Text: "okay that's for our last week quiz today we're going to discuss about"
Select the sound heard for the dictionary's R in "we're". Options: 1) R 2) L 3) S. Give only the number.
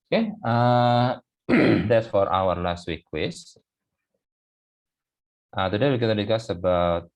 2